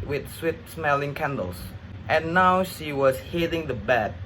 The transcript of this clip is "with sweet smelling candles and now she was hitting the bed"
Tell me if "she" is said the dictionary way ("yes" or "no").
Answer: yes